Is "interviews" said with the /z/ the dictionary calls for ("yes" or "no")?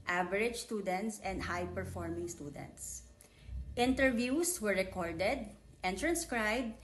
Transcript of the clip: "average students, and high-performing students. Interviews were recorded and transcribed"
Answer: no